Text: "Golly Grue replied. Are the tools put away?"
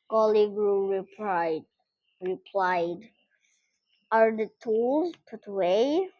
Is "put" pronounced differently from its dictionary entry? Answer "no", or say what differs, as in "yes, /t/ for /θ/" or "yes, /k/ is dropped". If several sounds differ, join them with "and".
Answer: no